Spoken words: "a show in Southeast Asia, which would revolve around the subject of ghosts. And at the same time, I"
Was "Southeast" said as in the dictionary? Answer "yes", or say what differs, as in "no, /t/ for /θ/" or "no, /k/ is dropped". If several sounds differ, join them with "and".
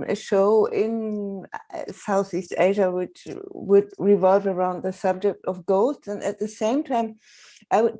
yes